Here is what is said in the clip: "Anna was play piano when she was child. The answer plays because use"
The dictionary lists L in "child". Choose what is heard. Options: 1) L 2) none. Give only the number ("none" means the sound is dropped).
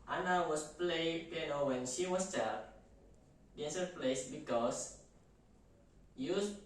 2